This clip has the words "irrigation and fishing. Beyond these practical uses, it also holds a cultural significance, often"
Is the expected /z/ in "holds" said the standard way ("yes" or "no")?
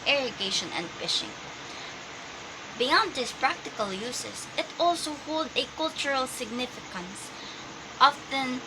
no